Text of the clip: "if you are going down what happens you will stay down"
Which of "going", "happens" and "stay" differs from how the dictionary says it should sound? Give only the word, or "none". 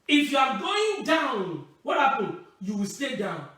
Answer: happens